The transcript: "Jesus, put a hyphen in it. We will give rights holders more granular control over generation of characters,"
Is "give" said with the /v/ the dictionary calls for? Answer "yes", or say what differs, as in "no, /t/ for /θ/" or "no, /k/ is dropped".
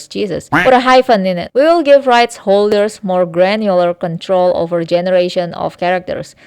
yes